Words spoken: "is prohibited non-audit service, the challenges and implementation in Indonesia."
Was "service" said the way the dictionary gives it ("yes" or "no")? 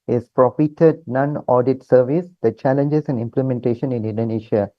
yes